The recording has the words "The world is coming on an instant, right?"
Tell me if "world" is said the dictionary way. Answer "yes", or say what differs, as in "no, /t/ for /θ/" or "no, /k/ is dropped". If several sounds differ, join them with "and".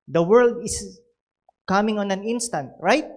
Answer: yes